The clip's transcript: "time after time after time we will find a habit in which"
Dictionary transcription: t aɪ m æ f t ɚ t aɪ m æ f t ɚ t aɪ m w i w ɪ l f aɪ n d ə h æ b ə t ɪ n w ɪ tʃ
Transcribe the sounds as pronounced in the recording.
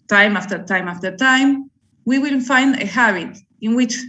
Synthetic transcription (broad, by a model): t aɪ m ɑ f t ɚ t aɪ m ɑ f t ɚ t aɪ m w i w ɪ n f aɪ n d ə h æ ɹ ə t ɪ n w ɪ tʃ